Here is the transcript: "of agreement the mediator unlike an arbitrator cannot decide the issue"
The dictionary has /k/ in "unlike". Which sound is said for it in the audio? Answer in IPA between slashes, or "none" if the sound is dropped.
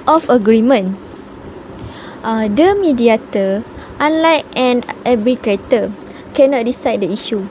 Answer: none